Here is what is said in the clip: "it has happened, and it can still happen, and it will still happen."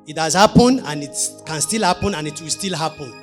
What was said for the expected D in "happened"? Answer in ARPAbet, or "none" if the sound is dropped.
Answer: none